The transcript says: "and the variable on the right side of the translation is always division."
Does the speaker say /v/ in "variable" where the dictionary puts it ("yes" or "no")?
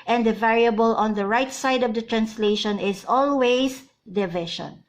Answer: yes